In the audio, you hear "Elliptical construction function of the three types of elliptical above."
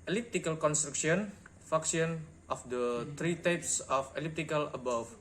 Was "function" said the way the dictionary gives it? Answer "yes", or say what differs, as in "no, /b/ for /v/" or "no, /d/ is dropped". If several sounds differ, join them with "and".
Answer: no, /ŋ/ is dropped and /s/ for /ʃ/